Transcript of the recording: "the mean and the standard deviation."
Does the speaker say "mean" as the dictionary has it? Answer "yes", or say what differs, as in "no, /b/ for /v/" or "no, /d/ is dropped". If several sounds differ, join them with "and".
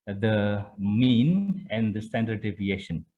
yes